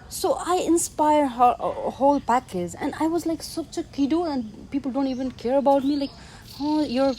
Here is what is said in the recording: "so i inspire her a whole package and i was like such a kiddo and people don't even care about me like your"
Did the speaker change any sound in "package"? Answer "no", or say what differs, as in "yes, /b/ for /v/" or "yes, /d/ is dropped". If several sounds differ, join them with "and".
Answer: yes, /z/ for /dʒ/